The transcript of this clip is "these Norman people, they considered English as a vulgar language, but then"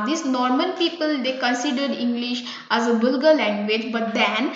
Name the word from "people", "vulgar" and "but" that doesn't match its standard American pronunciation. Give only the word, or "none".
vulgar